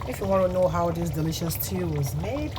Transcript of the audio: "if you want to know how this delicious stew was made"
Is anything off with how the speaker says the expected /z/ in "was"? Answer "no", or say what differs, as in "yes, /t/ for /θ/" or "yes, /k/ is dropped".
no